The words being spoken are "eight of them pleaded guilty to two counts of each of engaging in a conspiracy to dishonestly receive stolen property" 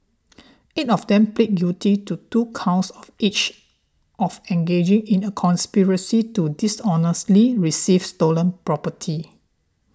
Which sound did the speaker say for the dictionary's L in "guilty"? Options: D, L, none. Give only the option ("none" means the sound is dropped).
none